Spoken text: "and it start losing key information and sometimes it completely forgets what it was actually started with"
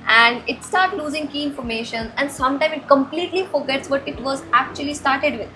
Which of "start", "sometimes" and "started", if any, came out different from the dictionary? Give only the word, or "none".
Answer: sometimes